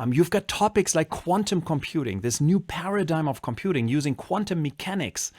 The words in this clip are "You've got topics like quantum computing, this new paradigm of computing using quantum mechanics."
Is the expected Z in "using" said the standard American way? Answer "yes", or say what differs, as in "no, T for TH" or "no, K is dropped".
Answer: yes